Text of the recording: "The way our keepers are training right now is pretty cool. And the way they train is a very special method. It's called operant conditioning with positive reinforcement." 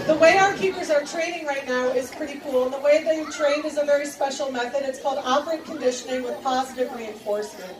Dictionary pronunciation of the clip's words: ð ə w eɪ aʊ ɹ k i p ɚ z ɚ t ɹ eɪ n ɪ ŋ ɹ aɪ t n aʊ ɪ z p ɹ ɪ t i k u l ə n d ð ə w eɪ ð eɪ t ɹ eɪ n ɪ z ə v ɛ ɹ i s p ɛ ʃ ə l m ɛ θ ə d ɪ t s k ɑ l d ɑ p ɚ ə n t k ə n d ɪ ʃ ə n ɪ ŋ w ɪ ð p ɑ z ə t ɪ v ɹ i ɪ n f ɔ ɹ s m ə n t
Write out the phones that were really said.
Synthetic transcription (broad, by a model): ð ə w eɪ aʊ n k i p ɚ z ɚ t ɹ eɪ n ɪ ŋ ɹ aɪ t n aʊ ɪ z p ɹ ɪ t i k u l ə n ð ə w eɪ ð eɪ t ɹ eɪ n ɪ z ə v ɛ ɹ i s p ɛ ʃ l m ɛ θ ə d ɪ t s k ɑ l d ɑ p ɚ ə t k ə n d ɪ ʃ ə n ɪ ŋ w ɪ ð p ɑ z ə t ɪ v ɹ i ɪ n f ɔ ɹ s m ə n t